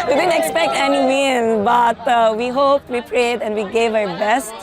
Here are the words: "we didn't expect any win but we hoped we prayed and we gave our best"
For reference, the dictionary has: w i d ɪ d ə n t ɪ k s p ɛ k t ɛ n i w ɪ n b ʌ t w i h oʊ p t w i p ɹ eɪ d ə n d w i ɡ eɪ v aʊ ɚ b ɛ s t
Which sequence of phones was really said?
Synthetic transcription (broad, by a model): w i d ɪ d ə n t ɪ k s p ɛ k t ɛ n i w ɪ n b ʌ t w i h oʊ p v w i p ɹ eɪ d ə n d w i ɡ eɪ v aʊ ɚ b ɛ s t